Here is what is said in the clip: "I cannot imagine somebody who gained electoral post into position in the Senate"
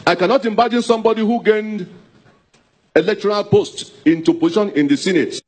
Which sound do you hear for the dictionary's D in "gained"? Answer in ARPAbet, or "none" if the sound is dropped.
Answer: D